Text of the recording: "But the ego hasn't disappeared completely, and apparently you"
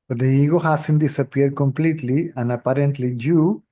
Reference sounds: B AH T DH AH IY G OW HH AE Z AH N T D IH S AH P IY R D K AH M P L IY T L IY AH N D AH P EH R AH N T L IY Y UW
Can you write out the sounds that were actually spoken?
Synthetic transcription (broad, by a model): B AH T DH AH IY G OW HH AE S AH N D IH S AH P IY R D K AH M P L IY T L IY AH N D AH P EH R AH N T L IY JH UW